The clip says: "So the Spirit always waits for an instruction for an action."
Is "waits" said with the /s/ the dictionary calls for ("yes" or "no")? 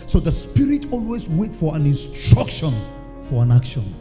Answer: no